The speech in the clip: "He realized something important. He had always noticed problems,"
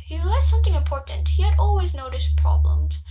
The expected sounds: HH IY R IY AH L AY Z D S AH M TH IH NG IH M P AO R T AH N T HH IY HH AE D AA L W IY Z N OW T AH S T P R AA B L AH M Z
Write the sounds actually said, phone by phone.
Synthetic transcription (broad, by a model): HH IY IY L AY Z S AH M TH IH NG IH M P AO R T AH N T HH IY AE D AA L W IY Z N OW T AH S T P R AA B L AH M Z